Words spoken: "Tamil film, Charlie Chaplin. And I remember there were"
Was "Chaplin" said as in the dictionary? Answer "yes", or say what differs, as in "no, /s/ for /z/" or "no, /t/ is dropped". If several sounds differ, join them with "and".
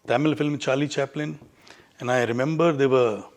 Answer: yes